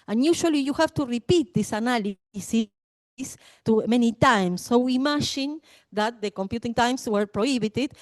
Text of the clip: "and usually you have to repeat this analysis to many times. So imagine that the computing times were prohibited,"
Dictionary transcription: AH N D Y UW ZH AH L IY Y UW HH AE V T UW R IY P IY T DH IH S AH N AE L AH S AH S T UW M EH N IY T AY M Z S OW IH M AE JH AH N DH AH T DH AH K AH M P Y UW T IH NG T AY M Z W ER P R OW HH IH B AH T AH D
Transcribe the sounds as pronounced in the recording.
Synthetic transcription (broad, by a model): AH N Y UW SH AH L IY Y UW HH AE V T UW R IY P IY T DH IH S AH N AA L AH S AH S T UW M EH N IY T AY M S OW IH M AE SH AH N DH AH T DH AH K AH M P Y UW T IH NG T AY M S W ER P R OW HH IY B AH T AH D